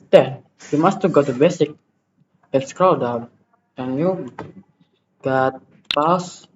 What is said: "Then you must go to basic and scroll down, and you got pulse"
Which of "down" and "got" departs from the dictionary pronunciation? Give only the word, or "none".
down